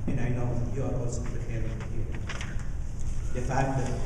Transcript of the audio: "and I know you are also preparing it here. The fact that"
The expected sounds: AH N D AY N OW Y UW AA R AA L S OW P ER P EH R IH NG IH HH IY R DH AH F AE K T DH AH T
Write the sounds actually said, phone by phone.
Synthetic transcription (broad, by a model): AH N AY N OW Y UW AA W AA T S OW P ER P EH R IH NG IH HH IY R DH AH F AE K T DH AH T